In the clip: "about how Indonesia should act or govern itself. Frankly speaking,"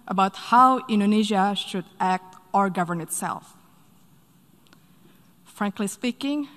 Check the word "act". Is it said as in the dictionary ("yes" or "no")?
yes